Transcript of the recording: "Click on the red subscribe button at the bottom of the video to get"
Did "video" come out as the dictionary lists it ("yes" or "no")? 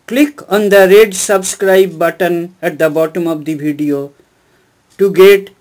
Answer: no